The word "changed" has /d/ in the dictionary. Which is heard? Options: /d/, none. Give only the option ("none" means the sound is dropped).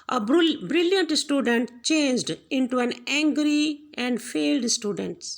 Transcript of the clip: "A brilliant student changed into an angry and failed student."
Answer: /d/